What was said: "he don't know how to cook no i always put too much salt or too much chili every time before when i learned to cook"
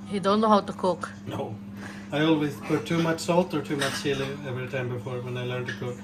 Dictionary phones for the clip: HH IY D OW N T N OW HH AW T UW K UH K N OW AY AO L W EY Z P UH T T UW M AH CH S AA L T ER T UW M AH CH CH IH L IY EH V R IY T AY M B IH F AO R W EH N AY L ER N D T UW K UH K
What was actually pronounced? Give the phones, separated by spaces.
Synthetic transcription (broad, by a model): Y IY D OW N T N OW HH AW T UW K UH K N OW AY AO L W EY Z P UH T T UW M AH CH S AA L T ER T UW M AH CH S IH L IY EH V R IY T AY M B IH F AO R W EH N AY L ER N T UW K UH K